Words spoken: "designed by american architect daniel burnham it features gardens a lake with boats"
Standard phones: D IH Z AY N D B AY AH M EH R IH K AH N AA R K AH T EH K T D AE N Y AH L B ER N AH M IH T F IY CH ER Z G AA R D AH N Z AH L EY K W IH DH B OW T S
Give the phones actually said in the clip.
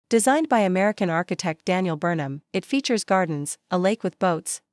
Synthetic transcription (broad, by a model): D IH Z AY N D B AY AH M EH R IH K AH N AA R K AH T EH K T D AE N Y L B ER N AH M IH T F IY CH ER Z G AA R D N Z AH L EY K W IH DH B OW T S